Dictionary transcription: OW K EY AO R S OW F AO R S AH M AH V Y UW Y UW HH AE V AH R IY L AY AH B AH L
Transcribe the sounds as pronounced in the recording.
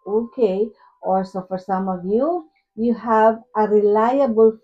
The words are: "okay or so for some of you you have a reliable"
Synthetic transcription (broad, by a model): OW K EY AO L S OW F AO R S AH M AH V Y UW Y UW HH AE V AH R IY L AY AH B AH L